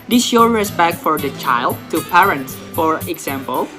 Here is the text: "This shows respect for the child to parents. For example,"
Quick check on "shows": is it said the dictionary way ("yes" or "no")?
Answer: no